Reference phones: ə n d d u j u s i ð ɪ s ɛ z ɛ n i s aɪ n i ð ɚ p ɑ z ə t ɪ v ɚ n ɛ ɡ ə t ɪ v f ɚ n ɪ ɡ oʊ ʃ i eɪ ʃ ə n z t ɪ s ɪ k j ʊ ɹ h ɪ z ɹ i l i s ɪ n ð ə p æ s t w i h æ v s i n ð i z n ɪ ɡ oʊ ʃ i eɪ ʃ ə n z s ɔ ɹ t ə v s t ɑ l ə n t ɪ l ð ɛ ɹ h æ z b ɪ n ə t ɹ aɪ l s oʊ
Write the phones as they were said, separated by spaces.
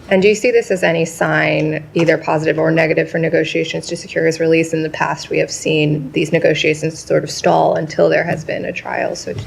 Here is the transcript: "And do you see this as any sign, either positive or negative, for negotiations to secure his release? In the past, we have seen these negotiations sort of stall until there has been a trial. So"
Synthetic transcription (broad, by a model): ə n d d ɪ j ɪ s i ð ɪ s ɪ z ɛ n i s aɪ n i ð ɚ p ɑ z ə t ɪ v ɚ n ɛ ɡ ə t ɪ v f ɚ n ɪ ɡ oʊ ʃ i eɪ ʃ ə n z t ɪ s ɪ k j ʊ ɹ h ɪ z ɹ i l i s ɪ n ð ə p æ s t w i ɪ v s i n ð i z n ɪ ɡ oʊ ʃ i eɪ ʃ ə n z s ɔ ɹ t ə v s t ɑ l ə n t ɪ l ð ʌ ɹ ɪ z b ɪ n ə t ɹ aɪ l s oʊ